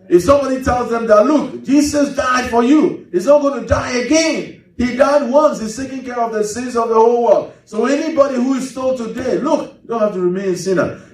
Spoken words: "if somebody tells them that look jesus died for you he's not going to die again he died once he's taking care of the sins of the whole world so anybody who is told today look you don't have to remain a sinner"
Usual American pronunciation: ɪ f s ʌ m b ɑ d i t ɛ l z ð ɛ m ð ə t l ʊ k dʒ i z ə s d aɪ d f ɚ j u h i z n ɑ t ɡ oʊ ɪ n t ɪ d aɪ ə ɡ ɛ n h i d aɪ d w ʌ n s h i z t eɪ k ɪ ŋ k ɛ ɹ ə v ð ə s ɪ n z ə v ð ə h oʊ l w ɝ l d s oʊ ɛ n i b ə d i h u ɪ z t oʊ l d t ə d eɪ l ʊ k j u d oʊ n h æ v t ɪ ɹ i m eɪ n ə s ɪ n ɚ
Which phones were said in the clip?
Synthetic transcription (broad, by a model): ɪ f s ʌ m b ɑ d i t ɛ l z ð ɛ m ð ə t l ʊ k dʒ i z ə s d aɪ d f ɚ j u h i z n ɑ t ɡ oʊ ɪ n t ɪ d aɪ ə ɡ ɛ n h i d aɪ d w ʌ n s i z t eɪ k ɪ ŋ k ɛ ɹ ə v ð ə s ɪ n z ə v ð ə h oʊ l w ɝ l d s oʊ ɛ n i b ə d i h u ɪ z t oʊ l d t ə d eɪ l ʊ k d oʊ n h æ f t ɪ ɹ i m eɪ n s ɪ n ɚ